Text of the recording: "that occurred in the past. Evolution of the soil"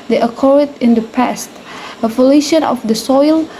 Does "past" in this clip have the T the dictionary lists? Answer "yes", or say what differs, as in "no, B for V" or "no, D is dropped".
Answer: yes